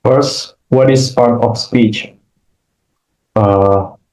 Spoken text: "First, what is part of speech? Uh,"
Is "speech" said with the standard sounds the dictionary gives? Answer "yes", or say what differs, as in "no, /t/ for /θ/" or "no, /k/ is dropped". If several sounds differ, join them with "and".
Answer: yes